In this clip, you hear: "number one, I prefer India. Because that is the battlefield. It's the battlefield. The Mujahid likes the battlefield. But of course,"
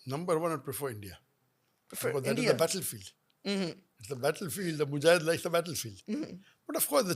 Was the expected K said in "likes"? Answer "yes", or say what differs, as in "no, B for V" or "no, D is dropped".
no, K is dropped